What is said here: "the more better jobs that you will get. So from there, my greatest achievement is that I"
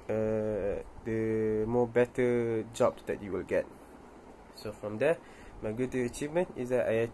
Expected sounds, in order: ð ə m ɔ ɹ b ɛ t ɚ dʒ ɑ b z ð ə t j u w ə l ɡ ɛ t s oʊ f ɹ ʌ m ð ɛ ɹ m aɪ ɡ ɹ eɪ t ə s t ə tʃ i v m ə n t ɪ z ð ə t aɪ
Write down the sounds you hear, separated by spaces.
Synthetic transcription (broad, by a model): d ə m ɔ b ɛ t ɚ dʒ ɑ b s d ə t j u w ə l ɡ ɛ t s oʊ f ɹ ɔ m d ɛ m aɪ ɡ u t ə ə tʃ i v m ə n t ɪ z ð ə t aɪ